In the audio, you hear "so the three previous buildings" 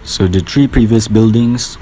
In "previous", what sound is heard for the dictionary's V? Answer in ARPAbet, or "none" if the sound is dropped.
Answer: V